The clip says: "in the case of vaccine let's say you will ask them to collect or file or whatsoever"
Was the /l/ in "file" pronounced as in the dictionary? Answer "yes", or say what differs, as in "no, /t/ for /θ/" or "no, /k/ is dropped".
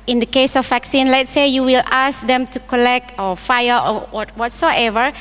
no, /w/ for /l/